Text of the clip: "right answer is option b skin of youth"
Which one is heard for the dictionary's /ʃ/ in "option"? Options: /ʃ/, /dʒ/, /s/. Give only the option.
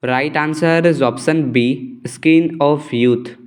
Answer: /s/